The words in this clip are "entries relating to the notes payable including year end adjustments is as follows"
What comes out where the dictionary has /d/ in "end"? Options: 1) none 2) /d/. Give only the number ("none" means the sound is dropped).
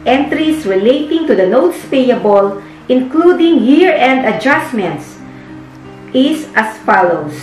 2